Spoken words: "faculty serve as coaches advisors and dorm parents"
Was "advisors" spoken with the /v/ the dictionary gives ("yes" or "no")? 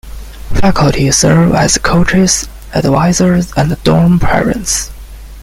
no